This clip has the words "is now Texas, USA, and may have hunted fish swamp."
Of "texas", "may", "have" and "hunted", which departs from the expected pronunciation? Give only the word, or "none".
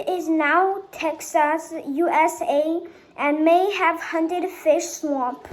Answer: none